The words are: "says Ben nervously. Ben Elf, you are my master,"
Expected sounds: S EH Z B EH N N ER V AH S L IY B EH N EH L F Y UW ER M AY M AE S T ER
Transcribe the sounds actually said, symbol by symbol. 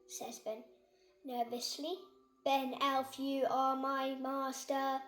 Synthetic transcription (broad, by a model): S EH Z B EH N N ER V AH S L IY B EH N EH L F Y UW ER M AY M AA S T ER